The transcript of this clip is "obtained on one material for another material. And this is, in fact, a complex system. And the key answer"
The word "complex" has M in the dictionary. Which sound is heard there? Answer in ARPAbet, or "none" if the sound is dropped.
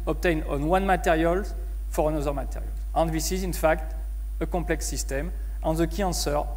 none